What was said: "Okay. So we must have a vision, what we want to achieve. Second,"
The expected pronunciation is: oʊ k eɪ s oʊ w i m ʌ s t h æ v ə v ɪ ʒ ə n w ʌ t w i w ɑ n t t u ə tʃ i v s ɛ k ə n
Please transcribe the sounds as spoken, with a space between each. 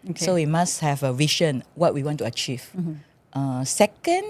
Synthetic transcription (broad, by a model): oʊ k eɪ s oʊ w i m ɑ s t h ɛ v ə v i ʃ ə n w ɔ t w i w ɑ n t t u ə tʃ i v s ɛ k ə n